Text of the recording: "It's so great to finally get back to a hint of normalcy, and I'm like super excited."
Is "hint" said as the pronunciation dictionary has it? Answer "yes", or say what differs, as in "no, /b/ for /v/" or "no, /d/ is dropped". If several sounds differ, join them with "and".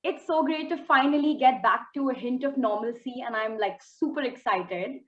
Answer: yes